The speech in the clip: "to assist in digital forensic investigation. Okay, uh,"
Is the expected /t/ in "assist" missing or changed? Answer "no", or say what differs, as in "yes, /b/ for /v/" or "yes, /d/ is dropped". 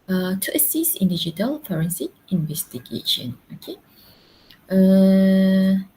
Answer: yes, /t/ is dropped